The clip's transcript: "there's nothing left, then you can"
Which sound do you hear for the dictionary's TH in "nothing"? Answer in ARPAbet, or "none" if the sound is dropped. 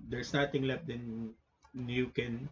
T